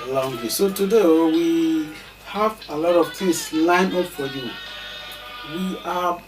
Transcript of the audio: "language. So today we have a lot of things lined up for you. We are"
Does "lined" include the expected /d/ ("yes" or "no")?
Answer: no